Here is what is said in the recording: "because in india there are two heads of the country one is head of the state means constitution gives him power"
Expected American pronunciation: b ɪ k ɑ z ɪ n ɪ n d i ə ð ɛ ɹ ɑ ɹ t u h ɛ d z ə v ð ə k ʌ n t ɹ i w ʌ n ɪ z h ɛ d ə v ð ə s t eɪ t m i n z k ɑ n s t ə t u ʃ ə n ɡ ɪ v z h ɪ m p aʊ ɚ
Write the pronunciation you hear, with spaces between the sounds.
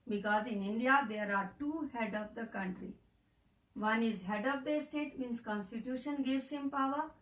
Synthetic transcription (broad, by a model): b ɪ k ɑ z ɪ n ɪ n d i ə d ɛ ɹ ɑ ɹ t u h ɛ d ə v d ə k ʌ n t ɹ i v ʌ n ɪ z h ɛ d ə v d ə s t eɪ t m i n s k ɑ n s t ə t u ʃ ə n ɡ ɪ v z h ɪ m p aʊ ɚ